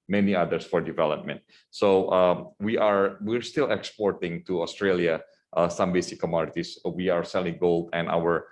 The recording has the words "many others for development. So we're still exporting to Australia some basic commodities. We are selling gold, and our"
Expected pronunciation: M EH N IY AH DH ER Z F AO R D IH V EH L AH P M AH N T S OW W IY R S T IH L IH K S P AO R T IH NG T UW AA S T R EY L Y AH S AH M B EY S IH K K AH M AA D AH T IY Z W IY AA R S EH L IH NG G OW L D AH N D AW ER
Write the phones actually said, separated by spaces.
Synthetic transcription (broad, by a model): M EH N IY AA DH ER S F AO R D IH V EH L AH P M AH N T S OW W IY R S T IH L IH K S P AO R T IH NG T UW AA S T R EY L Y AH S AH M B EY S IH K K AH M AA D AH T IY S W IY AA R S EH L IH NG G OW L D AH N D AW ER